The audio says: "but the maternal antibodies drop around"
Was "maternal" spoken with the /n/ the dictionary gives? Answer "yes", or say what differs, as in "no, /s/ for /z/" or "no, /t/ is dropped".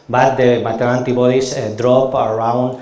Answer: no, /n/ is dropped